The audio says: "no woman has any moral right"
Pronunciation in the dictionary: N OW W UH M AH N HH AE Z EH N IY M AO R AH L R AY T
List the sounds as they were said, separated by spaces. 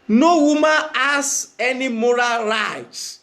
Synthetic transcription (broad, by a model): N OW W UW M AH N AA S EH N IY M AO R AH L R AY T